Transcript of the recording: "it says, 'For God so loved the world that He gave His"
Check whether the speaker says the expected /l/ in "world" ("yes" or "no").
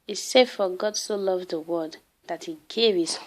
no